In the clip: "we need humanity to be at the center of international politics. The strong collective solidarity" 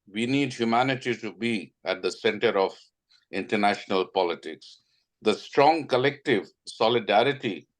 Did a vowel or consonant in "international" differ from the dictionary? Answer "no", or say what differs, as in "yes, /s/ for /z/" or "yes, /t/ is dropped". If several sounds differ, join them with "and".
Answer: no